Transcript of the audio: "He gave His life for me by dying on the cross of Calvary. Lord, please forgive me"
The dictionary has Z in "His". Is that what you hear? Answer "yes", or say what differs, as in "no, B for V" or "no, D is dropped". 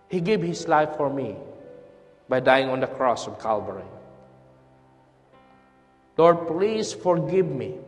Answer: no, S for Z